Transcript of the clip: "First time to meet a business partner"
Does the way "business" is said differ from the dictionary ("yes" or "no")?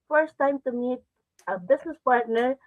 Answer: yes